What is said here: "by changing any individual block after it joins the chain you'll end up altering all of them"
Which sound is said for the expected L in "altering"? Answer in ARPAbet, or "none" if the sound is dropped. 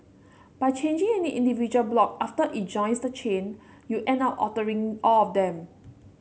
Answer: none